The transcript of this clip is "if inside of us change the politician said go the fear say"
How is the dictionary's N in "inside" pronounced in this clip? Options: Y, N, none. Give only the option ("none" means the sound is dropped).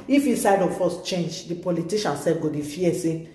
none